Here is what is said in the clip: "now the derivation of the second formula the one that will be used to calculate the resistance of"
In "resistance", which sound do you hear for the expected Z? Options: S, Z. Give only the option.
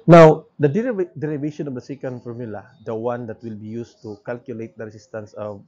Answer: S